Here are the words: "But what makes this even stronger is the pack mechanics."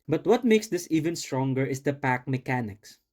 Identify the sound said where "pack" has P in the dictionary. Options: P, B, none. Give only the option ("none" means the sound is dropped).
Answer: P